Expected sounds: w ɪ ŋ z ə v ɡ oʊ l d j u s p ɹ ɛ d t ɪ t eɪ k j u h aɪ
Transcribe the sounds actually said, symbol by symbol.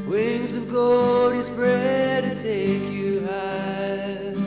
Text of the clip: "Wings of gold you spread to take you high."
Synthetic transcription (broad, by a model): w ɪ ŋ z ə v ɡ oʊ d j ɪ s p ɹ ɛ d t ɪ t eɪ k j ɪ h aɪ